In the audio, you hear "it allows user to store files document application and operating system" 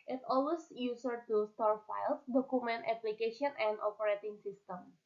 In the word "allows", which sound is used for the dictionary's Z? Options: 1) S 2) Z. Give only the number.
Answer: 1